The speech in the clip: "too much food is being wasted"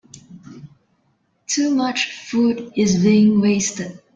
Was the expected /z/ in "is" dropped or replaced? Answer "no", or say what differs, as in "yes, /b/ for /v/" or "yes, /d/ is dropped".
no